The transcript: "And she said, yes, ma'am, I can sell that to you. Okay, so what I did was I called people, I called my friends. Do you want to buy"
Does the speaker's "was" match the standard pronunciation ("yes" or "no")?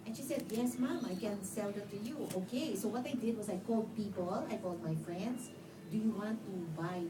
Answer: no